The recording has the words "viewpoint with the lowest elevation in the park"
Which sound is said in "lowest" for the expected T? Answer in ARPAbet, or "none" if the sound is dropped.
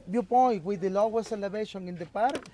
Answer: none